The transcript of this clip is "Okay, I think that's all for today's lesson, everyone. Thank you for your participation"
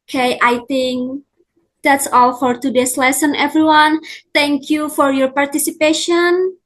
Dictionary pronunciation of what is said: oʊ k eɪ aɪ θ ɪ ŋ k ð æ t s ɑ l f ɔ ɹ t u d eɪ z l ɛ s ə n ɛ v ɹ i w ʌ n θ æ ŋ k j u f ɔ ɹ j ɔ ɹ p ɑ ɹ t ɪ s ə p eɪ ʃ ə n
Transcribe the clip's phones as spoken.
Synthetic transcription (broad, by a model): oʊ k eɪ aɪ t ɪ ŋ k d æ t s ɑ l f ɔ ɹ t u d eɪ s l ɛ s ə n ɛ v ɹ i w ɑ n t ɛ ŋ k j u f ɔ ɹ j ɔ ɹ p ɑ ɹ t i s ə p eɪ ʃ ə n